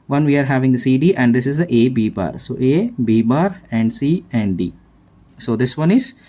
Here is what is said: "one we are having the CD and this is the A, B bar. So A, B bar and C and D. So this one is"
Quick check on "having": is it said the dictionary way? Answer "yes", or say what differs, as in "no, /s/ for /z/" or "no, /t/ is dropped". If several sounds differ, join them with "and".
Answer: yes